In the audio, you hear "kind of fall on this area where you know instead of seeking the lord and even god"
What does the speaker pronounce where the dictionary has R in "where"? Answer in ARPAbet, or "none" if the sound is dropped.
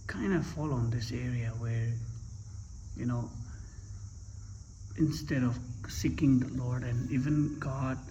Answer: R